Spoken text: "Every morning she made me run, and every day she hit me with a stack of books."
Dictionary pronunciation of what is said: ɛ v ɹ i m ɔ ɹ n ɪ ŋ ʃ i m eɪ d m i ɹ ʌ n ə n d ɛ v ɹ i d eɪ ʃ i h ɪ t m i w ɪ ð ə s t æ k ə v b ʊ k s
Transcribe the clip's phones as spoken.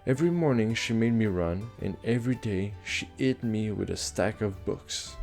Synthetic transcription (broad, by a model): ɛ v ɹ i m ɔ ɹ n ɪ ŋ ʃ i m eɪ d m i ɹ ʌ n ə n ɛ v ɹ i d eɪ ʃ i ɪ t m i w ɪ ð ə s t æ k ə v b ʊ k s